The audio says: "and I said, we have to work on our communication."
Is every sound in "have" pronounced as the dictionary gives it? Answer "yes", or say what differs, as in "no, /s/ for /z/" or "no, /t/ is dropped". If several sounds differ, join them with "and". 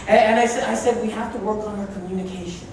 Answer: no, /f/ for /v/